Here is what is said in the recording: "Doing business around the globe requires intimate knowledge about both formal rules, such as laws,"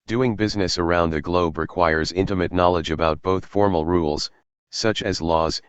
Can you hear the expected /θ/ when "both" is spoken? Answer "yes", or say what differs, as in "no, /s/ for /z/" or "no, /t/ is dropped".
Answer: yes